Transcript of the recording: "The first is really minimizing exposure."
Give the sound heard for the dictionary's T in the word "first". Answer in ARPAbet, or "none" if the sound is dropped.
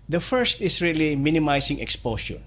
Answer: T